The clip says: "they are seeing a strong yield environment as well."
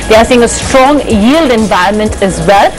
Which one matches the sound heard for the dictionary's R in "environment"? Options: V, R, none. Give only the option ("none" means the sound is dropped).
R